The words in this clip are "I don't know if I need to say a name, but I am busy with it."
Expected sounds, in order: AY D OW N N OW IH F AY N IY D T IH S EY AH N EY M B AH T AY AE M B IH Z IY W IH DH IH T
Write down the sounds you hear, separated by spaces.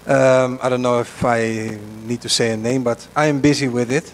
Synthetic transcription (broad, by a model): AY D OW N N OW IH F AY N IY D T IH S EY AH N EY M B AH T AY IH M B IH Z IY W IH DH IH T